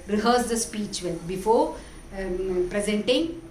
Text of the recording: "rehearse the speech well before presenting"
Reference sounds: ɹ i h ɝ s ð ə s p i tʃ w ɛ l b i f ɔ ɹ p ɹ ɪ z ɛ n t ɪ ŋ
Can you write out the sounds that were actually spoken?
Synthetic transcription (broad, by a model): ɹ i h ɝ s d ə s p i tʃ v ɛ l b i f ɔ ɹ p ɹ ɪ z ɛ n t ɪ ŋ